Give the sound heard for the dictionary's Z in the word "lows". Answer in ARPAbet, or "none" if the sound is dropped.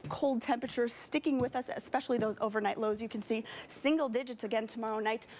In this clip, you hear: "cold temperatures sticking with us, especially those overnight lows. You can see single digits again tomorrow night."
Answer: Z